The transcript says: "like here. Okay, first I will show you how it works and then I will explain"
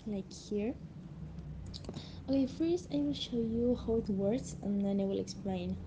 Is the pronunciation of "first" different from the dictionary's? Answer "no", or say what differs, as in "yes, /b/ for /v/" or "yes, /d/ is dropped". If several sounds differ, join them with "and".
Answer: yes, /t/ is dropped